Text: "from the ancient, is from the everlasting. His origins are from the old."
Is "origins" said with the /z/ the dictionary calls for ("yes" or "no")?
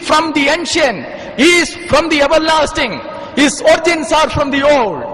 no